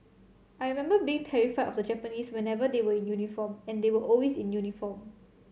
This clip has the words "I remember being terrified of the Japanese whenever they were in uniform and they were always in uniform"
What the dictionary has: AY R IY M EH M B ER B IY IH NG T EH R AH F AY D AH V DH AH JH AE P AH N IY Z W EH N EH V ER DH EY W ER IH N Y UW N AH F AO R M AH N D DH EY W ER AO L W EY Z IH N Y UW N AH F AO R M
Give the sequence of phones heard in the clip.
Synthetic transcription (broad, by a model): AY R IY M EH M B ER B IY IH NG T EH R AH F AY AH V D AH JH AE P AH N IY S W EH N EH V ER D EY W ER IH N Y UW N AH F AO M AH N D EY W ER AO L W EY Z IH N Y UW N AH F AO M